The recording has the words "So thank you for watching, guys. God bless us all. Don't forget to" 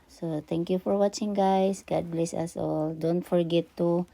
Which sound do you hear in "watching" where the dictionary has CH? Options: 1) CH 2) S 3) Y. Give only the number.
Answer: 1